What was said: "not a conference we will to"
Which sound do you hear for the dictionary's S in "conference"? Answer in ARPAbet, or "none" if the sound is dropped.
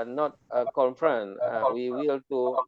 none